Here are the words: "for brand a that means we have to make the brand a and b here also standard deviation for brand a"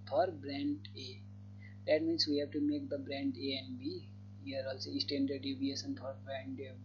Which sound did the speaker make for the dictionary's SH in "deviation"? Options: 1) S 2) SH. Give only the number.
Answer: 1